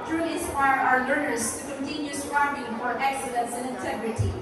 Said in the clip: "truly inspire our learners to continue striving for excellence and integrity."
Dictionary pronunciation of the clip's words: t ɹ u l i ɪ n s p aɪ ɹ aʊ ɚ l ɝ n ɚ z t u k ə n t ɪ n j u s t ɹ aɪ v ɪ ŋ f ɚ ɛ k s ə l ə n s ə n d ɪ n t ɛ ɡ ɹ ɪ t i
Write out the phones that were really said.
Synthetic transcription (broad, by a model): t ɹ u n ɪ s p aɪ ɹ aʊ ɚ l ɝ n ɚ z t u k ə n t ɪ n j u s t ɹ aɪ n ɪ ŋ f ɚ ɛ k s ə l ə n s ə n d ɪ n t ɛ ɡ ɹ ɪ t i